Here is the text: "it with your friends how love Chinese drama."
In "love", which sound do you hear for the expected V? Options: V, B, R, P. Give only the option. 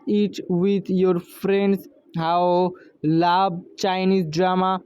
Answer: B